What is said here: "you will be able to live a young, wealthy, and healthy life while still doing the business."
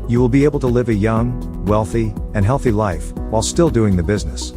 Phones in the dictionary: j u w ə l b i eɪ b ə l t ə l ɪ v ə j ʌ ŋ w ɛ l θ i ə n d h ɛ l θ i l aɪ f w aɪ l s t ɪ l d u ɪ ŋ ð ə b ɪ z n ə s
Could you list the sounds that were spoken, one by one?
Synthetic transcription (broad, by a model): j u w ə l b i eɪ b l t ə l ɪ v ə j ʌ ŋ w ɛ l θ i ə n h ɛ l θ i l aɪ f w aɪ l s t ɪ l d u ɪ ŋ ð ə b ɪ z n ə s